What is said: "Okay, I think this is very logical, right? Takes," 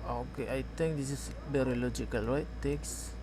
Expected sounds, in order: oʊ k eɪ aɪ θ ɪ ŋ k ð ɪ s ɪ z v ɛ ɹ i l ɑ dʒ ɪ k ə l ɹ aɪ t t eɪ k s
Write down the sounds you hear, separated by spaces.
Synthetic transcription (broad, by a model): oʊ k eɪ aɪ t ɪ ŋ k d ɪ s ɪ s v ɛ ɹ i l ɑ dʒ ɪ k ə l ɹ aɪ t t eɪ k s